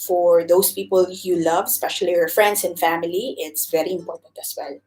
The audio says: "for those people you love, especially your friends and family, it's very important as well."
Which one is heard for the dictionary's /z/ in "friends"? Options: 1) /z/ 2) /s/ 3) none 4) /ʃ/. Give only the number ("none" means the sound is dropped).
2